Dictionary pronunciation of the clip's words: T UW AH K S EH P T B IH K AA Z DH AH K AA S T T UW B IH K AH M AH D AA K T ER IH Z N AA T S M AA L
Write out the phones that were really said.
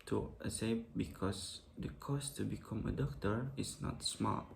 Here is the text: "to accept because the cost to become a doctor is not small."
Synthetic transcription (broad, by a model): T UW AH S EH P B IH K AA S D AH K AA S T T UW B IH K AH M AH D AA K T ER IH S N AA T S M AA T